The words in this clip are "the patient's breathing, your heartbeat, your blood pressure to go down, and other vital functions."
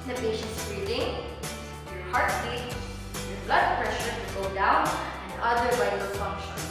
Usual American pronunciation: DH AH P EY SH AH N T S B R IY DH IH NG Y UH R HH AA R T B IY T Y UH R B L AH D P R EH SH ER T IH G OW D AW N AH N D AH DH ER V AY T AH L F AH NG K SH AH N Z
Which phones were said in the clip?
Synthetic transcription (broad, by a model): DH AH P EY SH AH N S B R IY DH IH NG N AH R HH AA R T IY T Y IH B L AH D P R EH SH ER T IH G OW D AW N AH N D AH DH ER W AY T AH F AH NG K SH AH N